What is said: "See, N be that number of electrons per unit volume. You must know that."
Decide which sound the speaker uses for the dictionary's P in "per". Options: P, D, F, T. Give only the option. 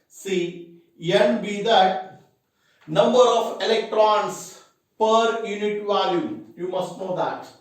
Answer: P